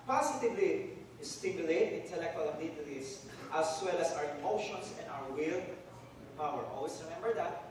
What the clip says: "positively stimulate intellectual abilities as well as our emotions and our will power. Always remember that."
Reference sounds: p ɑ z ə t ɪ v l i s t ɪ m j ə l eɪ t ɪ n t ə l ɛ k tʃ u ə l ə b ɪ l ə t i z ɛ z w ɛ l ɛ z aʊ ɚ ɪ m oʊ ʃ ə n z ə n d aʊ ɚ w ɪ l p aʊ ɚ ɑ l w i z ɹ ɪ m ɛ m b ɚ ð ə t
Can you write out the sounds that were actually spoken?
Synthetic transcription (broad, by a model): p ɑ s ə t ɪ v l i s t ɪ m j ə l eɪ t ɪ n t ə l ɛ k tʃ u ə l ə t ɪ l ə t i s w ɛ l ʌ s aʊ ɚ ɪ m oʊ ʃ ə n s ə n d aʊ ɚ w ɪ l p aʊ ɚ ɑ l w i s ɹ ɪ m ɛ m b ɚ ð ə t